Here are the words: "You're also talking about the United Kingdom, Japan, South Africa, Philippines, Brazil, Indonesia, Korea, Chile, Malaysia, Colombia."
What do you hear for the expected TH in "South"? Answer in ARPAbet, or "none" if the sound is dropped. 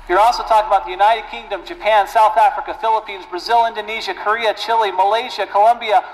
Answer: TH